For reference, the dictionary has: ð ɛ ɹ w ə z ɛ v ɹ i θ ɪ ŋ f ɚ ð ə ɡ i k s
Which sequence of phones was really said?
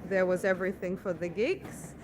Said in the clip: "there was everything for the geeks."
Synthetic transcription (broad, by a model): ð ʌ ɹ w ə z ɛ v ɹ i θ ɪ ŋ f ɚ ð ə ɡ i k s